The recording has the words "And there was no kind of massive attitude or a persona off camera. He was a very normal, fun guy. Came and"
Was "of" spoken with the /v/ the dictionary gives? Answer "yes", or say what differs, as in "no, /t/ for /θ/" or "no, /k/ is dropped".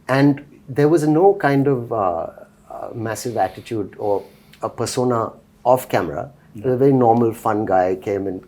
yes